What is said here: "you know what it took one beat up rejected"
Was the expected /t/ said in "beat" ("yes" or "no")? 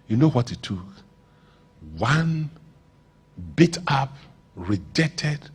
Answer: yes